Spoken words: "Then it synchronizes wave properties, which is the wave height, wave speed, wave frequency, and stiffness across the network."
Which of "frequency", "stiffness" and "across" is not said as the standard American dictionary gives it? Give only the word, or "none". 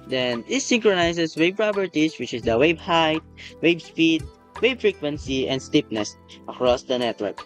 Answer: stiffness